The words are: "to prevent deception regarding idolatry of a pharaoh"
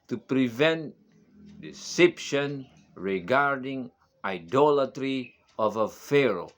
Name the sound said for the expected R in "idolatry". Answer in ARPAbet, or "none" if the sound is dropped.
R